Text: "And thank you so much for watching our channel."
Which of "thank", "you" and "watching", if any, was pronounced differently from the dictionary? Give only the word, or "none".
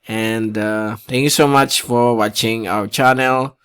thank